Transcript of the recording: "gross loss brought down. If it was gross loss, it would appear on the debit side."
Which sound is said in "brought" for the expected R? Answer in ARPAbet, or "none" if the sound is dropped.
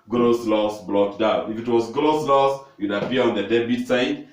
L